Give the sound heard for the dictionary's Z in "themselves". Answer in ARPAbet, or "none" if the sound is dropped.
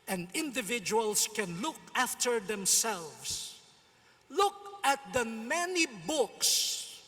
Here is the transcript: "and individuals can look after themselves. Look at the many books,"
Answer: S